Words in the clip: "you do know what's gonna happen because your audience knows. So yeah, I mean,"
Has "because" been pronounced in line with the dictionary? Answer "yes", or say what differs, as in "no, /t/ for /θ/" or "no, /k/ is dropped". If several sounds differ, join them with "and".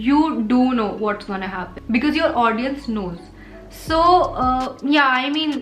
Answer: yes